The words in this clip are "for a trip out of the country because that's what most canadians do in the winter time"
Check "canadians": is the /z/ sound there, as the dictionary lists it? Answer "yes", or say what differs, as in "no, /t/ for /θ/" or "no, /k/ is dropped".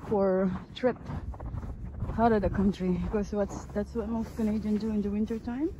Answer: no, /z/ is dropped